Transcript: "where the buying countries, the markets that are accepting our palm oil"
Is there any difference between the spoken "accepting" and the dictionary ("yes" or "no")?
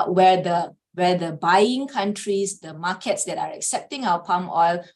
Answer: no